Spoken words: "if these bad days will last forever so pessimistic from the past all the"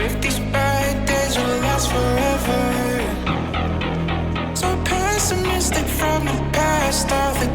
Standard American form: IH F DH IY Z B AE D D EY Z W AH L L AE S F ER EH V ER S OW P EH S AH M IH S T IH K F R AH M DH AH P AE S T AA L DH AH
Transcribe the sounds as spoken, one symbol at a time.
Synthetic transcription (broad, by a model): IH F DH IY Z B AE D D EY Z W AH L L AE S F ER EH V ER S OW P EH S AH M IH S T IH K F R AH M DH AH P AE S T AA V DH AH